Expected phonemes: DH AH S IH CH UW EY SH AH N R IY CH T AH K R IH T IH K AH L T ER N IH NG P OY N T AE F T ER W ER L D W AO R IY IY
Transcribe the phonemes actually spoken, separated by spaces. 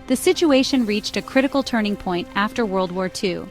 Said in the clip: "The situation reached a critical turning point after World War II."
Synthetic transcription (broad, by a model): DH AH S IH CH UW EY SH AH N R IY CH T AH K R IH T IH K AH L T ER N IH NG P OY N T AE F T ER W ER L D W AO R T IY